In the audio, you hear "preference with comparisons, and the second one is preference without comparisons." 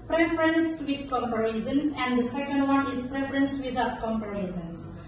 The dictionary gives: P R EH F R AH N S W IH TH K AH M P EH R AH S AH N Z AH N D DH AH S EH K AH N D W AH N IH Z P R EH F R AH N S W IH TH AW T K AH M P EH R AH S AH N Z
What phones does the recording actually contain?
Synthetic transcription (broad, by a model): P R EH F R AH N S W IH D K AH M P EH R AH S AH N S AH N D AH S EH K AH N D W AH N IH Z P R EH F R AH N S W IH T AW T K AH M P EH R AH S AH N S